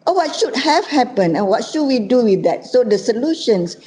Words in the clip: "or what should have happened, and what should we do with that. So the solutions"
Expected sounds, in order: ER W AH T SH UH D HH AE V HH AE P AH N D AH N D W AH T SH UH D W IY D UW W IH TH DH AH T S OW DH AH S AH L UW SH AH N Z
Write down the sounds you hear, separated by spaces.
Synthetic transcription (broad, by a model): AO W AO T SH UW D HH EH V HH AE P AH N AH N W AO T SH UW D W IY D UW W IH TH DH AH T S OW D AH S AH L UW SH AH N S